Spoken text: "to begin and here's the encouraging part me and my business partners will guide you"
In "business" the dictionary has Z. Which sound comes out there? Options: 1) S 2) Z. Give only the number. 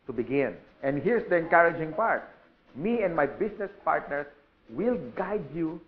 1